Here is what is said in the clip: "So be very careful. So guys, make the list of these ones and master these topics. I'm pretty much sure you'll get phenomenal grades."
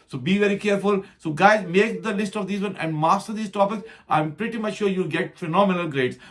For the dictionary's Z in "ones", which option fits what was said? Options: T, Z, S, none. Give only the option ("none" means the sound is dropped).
none